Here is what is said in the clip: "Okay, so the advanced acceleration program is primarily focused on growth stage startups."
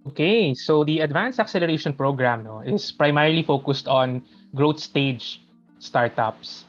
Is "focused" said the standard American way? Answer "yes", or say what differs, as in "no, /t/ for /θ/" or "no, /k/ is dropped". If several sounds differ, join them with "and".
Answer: yes